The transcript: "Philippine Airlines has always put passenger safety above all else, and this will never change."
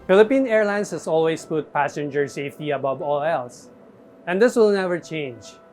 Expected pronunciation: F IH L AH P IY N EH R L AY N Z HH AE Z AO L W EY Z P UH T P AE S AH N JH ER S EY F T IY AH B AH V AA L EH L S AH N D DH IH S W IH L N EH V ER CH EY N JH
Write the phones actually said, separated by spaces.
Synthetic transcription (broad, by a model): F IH L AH P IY N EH R L AY N S HH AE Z AO L W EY S P UH T P AE S AH N JH ER S EY F T IY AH B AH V AA L EH L S AH N D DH IH S W IH L N EH V ER CH EY N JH